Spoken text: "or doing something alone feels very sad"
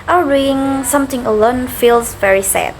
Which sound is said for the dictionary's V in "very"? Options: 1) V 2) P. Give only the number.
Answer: 1